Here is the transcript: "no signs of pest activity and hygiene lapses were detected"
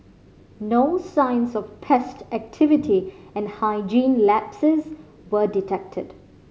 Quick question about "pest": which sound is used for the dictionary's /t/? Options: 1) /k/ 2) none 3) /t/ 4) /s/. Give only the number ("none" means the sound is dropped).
3